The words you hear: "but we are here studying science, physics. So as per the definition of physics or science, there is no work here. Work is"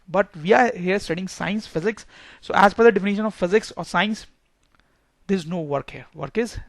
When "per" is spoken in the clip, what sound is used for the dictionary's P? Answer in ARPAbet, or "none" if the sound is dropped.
F